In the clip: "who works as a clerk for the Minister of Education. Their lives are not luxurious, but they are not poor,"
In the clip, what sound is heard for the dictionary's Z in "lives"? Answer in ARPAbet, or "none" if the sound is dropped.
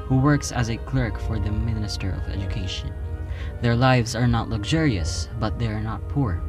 Z